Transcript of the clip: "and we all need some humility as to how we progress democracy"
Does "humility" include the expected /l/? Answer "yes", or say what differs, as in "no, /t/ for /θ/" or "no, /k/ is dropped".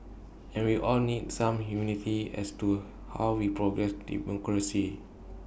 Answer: no, /n/ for /l/